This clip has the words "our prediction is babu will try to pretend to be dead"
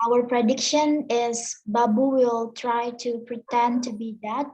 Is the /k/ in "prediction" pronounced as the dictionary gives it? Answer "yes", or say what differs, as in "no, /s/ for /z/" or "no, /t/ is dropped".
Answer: yes